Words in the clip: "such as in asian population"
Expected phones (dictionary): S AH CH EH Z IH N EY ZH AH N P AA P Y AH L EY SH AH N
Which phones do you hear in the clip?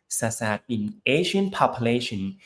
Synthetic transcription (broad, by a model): S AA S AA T IH N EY SH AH N P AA P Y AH L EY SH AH N